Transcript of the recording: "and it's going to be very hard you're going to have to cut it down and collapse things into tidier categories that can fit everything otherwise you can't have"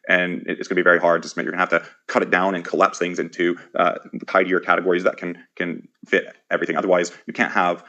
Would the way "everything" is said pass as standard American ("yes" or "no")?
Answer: yes